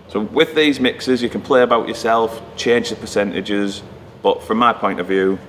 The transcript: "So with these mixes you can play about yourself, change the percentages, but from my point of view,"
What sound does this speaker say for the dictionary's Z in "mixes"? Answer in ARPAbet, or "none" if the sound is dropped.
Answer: Z